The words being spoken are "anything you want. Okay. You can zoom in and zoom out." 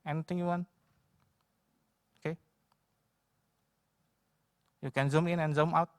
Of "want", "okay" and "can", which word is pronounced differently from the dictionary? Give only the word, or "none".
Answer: want